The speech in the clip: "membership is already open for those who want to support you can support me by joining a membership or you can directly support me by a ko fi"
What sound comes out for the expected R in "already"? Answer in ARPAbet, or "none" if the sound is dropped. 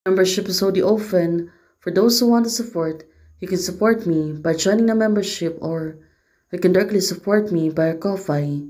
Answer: none